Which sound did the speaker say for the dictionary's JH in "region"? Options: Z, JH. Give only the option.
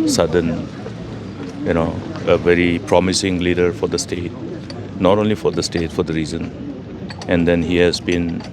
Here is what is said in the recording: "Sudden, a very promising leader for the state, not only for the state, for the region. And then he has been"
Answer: Z